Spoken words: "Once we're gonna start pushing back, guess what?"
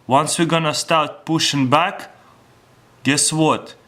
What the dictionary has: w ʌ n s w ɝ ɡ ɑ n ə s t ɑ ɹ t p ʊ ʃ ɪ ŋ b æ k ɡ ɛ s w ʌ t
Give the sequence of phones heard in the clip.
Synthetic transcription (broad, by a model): w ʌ n s w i ɡ ɑ n ə s t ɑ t p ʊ ʃ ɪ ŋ b æ k ɡ ɛ s w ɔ t